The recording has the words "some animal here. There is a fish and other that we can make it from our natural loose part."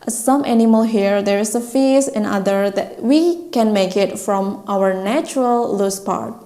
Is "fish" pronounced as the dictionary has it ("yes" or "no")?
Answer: no